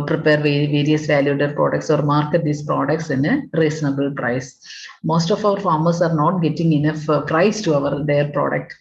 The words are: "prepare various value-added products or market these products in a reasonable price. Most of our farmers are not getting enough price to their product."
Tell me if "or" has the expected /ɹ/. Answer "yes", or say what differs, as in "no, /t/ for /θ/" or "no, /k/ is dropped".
yes